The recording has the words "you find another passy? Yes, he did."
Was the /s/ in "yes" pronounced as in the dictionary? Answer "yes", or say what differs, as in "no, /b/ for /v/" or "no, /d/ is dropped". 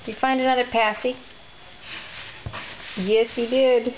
yes